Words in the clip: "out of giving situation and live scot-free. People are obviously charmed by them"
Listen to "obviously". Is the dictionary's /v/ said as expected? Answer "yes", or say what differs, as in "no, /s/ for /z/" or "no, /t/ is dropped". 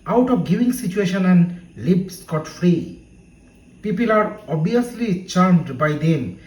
no, /v/ is dropped